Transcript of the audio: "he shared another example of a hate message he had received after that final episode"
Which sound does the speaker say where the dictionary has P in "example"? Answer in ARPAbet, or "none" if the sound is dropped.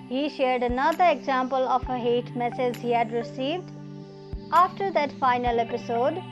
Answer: P